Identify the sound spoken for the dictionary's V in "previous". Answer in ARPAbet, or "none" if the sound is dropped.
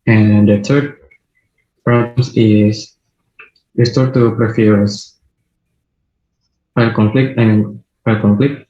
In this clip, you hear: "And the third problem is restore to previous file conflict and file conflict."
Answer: F